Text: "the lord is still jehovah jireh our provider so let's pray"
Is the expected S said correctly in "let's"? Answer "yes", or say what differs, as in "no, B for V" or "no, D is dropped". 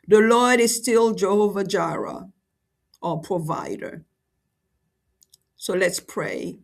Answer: yes